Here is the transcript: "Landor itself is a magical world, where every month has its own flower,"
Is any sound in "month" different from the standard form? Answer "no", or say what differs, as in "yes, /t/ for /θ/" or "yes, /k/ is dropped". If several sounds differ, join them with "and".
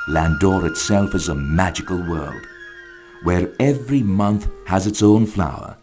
no